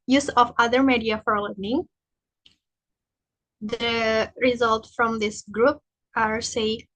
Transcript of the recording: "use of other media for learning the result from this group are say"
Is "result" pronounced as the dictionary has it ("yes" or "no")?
yes